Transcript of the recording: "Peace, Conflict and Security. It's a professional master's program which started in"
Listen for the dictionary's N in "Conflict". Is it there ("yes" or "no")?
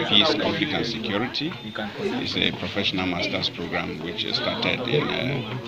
no